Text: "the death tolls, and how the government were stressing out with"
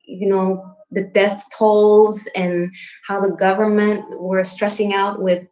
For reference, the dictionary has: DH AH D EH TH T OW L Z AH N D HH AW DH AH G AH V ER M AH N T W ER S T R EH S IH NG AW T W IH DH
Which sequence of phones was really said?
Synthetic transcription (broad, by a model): DH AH D EH TH T OW L Z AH N HH AW DH AH G AH V ER M AH N T W ER S T R EH S IH NG AW T W IH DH